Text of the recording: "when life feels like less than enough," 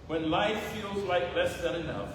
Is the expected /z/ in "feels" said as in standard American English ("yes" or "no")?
yes